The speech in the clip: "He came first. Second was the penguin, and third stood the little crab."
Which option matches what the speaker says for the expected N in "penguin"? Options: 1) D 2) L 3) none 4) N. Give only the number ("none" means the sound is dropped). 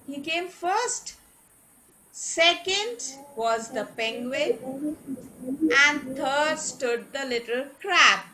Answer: 3